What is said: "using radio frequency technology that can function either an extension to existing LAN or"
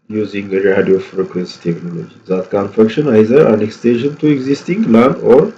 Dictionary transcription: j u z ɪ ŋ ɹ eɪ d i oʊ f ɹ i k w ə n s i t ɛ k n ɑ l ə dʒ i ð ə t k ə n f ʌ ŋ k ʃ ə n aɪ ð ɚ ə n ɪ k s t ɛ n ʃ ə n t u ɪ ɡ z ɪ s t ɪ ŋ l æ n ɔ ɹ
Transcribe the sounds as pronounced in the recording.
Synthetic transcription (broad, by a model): j u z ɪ ŋ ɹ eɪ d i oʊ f ɹ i k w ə n s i t ɛ k n ɑ l ə dʒ i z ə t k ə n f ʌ k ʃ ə n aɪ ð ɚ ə n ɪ k s t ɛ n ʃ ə n t u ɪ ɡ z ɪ s t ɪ ŋ l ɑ n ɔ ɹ